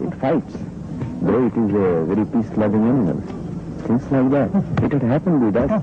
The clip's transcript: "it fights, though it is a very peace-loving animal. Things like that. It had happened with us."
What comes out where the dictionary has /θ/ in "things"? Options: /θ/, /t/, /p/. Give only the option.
/t/